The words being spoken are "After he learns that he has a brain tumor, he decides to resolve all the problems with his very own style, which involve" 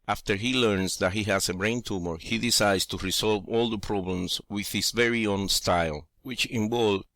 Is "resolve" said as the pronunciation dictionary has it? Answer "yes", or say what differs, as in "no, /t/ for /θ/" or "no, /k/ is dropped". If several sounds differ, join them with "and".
no, /s/ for /z/